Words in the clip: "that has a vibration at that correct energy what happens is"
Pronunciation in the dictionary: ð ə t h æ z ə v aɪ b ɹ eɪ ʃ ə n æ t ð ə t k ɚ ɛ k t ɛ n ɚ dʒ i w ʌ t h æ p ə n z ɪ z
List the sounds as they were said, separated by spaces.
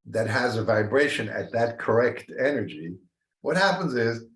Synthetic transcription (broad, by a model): ð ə t h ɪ z ə v aɪ b ɹ eɪ ʃ ə n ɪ t ð ə t k ɚ ɛ k t ɛ n ɚ dʒ i w ʌ t h æ p ə n z ɪ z